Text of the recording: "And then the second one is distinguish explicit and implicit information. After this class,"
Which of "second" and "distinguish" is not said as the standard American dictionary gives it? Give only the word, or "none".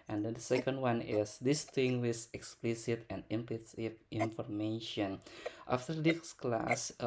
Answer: distinguish